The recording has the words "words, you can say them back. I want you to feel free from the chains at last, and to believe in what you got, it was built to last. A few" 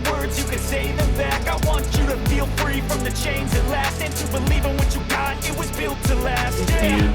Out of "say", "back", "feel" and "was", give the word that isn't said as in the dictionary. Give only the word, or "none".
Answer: none